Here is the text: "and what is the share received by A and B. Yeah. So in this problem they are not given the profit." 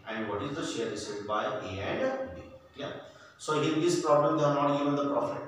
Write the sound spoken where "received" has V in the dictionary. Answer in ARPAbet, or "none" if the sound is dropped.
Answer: none